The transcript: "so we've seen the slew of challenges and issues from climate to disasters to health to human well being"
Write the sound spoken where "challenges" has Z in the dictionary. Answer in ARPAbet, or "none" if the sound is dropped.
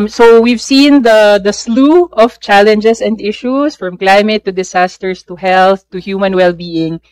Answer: S